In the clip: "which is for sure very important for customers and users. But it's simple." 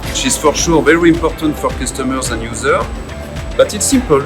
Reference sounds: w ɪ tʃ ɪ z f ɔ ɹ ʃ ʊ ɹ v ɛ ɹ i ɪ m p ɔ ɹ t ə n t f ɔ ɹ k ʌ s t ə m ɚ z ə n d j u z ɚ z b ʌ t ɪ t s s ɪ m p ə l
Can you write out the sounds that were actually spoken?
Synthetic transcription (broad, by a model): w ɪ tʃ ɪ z f ɔ ɹ ʃ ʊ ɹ v ɛ ɹ i ɪ m p ɔ ɹ t ə n t f ɔ ɹ k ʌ s t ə m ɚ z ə n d j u z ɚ b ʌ t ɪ t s s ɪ m p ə l